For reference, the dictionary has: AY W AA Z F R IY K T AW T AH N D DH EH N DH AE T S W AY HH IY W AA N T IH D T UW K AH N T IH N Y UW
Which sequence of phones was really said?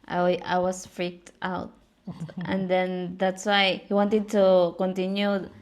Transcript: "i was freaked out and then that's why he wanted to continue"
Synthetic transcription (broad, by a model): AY W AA S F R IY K T AW T AH N D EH N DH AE T S W AY HH IY W AA N T IH D T UW K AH N T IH N Y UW